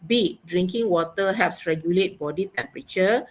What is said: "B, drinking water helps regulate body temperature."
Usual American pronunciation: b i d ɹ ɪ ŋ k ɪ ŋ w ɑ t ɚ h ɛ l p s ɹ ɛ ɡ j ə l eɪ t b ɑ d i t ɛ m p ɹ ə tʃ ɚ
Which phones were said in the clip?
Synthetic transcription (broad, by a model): b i d ɹ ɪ ŋ k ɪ ŋ w ɑ t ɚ h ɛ p s ɹ ɛ ɡ j ə l eɪ t b ɑ d i t ɛ m p ɹ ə tʃ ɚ